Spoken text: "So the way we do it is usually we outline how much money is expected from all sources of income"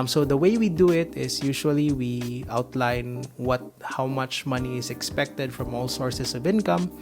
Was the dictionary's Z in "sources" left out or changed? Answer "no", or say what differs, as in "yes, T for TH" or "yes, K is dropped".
yes, S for Z